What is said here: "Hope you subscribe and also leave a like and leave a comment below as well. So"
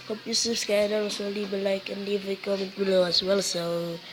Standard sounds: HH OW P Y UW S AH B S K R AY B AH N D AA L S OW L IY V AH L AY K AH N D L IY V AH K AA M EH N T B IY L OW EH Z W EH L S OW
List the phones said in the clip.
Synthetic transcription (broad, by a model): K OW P Y UW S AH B S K AY AH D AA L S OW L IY B AH L AY K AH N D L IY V AH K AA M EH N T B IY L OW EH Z W EH L S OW